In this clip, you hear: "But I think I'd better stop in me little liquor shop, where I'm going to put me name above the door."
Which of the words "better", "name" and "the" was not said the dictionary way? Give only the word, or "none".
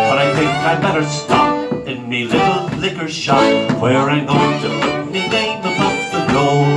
name